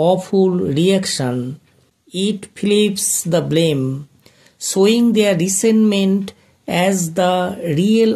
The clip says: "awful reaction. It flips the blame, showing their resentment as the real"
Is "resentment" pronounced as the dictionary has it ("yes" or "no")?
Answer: no